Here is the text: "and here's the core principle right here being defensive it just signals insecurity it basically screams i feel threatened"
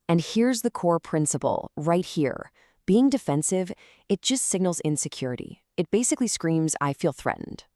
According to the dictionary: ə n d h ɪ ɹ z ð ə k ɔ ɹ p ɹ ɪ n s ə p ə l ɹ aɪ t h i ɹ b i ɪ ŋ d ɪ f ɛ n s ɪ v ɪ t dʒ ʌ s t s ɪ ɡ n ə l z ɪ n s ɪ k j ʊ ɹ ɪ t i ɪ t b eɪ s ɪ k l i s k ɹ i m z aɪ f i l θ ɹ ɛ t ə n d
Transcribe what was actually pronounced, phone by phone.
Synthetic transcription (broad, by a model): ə n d h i ɹ z ð ə k ɔ ɹ p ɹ ɪ n s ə p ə l ɹ aɪ t h i ɹ b i ɪ ŋ d ɪ f ɛ n s ɪ v ɪ t dʒ ʌ s t s ɪ ɡ n l z ɪ n s ɪ k j ʊ ɹ ɪ t i ɪ t b eɪ s ɪ k l i s k ɹ i m z aɪ f i l θ ɹ ɛ t n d